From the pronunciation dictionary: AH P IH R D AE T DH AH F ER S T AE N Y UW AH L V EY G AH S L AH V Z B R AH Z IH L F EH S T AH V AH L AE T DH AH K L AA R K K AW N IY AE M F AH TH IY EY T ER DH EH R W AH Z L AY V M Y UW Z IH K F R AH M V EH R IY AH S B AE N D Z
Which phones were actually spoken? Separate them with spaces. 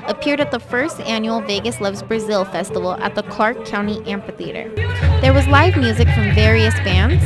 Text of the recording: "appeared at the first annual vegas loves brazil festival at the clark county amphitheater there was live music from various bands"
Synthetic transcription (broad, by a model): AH P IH R D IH T DH AH F ER S T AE N Y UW L V EY G AH S L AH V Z B R AH Z IH L F EH S T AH V L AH T DH AH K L AA R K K AW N IY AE M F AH TH IY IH T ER DH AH R W AH Z L AY V M Y UW Z IH K F R AH M V EH R IY AH S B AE N D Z